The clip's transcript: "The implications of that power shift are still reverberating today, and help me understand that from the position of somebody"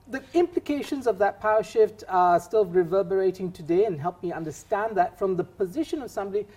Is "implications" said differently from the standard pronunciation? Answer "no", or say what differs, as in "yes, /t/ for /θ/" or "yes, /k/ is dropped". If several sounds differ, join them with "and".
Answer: no